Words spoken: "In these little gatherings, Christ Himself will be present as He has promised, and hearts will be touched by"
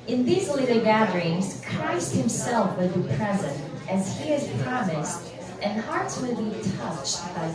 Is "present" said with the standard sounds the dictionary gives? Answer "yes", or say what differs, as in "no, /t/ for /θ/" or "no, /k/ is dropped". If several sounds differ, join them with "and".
yes